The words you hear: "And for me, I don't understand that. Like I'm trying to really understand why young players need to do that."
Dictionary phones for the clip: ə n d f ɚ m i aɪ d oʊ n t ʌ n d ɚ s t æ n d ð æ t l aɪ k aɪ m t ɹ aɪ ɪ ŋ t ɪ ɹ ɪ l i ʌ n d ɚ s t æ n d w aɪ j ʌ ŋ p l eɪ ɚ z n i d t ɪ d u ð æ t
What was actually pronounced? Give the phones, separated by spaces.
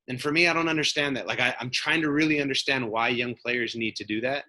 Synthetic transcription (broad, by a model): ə n f ɚ m i aɪ d oʊ n t ʌ n d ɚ s t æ n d ð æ t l aɪ k aɪ m t ɹ aɪ ɪ ŋ t ɪ ɹ ɪ l i ʌ n d ɚ s t æ n d w aɪ j ʌ ŋ p l eɪ ɚ z n i d t ɪ d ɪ ð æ t